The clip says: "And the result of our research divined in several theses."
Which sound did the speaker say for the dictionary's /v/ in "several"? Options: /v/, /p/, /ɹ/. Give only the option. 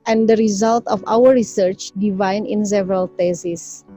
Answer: /v/